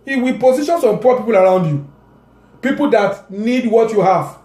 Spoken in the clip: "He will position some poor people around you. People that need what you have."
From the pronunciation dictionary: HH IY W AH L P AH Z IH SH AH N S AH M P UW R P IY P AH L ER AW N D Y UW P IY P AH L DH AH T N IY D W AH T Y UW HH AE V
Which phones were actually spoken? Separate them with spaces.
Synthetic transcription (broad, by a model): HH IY W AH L P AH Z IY SH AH N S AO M P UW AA P IY P AH L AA AW N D Y UW P IY P AH L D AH T N IY D W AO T Y UW HH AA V